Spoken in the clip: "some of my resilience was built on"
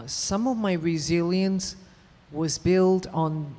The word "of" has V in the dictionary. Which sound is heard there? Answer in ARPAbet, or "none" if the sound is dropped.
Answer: V